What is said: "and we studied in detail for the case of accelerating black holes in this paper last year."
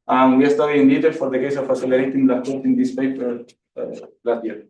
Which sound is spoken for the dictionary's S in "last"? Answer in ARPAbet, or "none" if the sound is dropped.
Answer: none